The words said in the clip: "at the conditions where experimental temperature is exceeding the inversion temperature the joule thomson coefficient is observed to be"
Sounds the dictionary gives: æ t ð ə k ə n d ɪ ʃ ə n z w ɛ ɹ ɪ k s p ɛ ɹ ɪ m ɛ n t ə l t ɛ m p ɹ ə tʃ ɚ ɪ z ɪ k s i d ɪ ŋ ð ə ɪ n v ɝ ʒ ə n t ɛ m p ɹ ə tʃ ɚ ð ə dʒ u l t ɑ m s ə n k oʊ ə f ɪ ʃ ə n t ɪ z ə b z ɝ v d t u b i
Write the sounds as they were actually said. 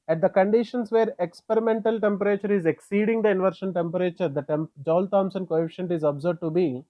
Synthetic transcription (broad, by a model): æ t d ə k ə n d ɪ ʃ ə n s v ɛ ɹ ɪ k s p ɛ ɹ ɪ m ɛ n t ə l t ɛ m p ɹ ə tʃ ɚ ɪ z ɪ k s i d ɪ ŋ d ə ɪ n v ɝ ʃ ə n t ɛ m p ɹ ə tʃ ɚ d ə dʒ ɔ l t ɑ m s ə n k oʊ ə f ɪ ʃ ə n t ɪ z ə b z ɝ d t u b i